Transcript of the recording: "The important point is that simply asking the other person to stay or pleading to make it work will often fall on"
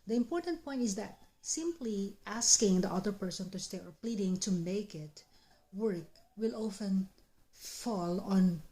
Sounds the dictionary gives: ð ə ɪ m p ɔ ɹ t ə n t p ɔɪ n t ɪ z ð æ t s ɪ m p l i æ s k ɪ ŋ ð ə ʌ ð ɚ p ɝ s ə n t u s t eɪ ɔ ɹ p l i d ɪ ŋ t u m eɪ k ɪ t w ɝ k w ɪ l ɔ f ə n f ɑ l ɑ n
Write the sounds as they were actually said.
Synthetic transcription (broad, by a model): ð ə ɪ m p ɔ ɹ t ə n t p ɔɪ n t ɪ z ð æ t s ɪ m p l i æ s k ɪ ŋ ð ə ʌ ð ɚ p ɝ s ə n t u s t eɪ ɔ ɹ p l i d ɪ ŋ t u m eɪ k ɪ t w ɝ k w ɪ l ɔ f ə n f ɑ l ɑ n